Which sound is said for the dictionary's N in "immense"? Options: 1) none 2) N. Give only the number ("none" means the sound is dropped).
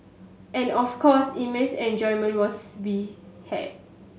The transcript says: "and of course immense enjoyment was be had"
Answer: 1